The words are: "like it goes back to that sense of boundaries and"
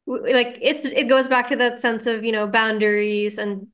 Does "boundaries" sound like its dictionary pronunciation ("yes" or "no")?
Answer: yes